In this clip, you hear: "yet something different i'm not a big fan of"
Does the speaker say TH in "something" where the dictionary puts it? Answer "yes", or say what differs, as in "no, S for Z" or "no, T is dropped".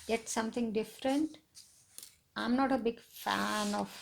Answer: no, T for TH